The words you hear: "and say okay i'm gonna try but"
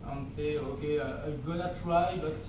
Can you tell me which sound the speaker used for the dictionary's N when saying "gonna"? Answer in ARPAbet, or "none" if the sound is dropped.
L